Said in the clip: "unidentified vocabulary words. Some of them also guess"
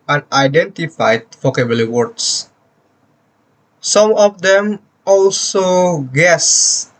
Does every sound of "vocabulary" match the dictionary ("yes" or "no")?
no